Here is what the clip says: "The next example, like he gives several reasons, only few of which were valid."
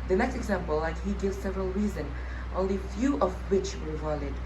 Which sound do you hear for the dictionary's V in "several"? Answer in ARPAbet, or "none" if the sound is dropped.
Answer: V